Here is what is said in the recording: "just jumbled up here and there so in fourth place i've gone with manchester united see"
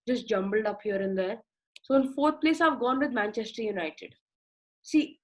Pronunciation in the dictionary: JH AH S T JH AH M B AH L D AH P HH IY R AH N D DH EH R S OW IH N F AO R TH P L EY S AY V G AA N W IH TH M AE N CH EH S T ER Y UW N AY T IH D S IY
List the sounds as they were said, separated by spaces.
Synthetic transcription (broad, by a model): JH AH S T JH AH M B AH L D AH P HH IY R AH N D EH R S OW IH N F AO R T P L EY S AY V G AA N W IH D M AE N CH EH S T ER Y UW N AY T IH D S IY